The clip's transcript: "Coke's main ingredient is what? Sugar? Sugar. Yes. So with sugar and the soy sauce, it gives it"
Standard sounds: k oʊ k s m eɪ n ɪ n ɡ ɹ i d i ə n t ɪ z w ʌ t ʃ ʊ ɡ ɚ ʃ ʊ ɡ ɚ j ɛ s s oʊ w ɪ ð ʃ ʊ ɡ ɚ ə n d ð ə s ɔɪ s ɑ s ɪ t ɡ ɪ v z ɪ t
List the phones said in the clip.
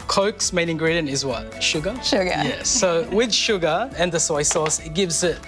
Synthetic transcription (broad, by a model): k oʊ k s m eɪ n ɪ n ɡ ɹ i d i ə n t ɪ z w ʌ t ʃ ʊ ɡ ɚ ʃ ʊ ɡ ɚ j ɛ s s oʊ w ɪ ð ʃ ʊ ɡ ɚ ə n ð ə s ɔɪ s ɑ s ɪ t ɡ ɪ v z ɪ t